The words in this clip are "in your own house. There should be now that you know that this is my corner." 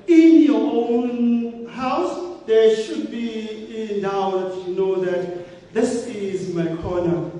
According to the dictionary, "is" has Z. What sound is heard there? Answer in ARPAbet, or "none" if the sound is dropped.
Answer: Z